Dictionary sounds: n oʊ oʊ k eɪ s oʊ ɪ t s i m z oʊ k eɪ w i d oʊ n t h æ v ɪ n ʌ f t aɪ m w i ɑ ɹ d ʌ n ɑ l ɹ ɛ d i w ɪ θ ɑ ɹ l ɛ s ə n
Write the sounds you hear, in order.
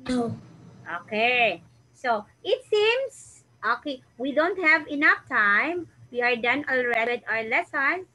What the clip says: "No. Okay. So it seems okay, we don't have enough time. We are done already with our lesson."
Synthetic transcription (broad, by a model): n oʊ oʊ k eɪ s oʊ ɪ t s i m s oʊ k eɪ w i d oʊ n t h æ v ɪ n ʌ f t aɪ m w i ɑ ɹ d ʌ n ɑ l ɹ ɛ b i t ɑ ɹ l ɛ s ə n